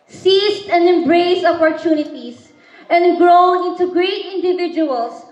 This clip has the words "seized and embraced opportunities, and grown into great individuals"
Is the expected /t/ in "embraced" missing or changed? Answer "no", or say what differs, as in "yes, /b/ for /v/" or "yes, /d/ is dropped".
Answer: yes, /t/ is dropped